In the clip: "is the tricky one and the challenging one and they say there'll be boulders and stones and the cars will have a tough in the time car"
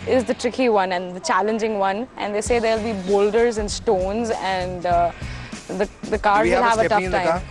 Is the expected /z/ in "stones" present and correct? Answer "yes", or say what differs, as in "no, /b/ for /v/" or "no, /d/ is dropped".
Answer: yes